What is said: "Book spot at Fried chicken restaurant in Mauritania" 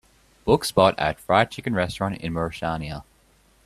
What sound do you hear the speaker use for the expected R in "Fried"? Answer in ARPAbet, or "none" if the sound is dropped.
R